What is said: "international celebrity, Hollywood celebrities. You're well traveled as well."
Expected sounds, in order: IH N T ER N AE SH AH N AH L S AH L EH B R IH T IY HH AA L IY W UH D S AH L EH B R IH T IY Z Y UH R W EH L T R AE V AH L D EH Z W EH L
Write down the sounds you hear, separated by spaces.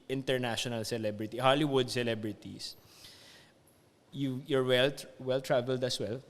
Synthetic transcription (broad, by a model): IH N T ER N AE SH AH N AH L S AH L EH B R IH T IY HH AA L IY W UH D S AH L EH B R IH T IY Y Y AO R W EH L T R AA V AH L D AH S W EH L